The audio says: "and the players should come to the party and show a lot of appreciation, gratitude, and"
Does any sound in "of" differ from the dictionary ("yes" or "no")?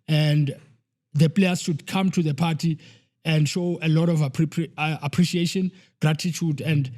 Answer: yes